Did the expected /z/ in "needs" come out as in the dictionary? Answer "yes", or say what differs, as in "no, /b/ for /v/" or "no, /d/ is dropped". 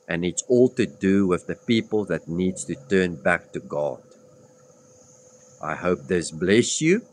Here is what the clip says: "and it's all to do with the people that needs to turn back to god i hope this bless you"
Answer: no, /z/ is dropped